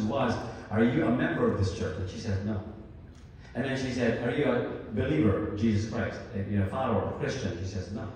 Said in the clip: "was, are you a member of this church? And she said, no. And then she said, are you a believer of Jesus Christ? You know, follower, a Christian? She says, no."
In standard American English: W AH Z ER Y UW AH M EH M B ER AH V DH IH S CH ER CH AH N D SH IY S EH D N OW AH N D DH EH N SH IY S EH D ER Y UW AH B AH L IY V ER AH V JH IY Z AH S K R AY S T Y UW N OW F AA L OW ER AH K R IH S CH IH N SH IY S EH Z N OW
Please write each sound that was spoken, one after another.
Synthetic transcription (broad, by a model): W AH Z ER Y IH AH M EH M B ER AH V DH IH S CH ER CH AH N SH IY S EH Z N OW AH N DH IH N SH IY S EH D ER Y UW AH B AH L IY V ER AH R JH IY Z AH S K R AY S T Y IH N OW F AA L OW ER AH K R IH S CH IH N SH IY S EH Z N OW